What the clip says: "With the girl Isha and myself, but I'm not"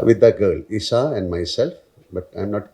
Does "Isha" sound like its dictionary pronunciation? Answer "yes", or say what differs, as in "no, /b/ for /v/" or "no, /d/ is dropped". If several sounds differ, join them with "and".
no, /s/ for /ʃ/